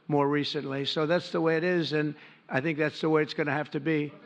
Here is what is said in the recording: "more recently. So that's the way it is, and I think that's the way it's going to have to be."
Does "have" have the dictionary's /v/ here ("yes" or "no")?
no